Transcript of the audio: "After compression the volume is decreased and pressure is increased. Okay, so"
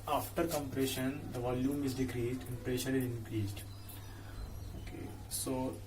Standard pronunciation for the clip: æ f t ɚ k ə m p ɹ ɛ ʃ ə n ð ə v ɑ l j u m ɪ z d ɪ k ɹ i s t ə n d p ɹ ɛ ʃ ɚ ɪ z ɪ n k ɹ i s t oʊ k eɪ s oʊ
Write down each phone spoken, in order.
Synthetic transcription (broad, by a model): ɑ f t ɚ k ə m p ɹ ɛ ʃ ə n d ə v ɑ l j u m ɪ z d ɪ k ɹ i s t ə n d p ɹ ɛ ʃ ɚ ɪ z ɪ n k ɹ i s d oʊ k eɪ s oʊ